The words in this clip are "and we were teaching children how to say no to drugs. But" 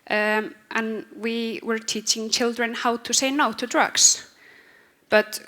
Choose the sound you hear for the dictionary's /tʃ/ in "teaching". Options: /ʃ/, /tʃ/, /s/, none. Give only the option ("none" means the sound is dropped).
/tʃ/